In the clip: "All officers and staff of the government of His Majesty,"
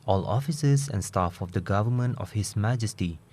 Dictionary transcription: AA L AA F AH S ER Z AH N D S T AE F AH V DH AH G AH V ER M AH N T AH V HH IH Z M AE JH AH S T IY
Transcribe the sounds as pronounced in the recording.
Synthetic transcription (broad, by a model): AA L AA F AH S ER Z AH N S T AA F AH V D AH G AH V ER M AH N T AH F HH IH S M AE JH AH S T IY